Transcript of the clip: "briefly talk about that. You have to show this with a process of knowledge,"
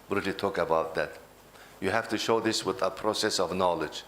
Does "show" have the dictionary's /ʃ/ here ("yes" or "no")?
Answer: yes